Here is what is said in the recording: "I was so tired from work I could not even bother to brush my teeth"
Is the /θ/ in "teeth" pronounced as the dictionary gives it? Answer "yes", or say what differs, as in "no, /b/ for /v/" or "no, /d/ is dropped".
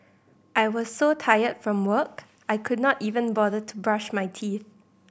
yes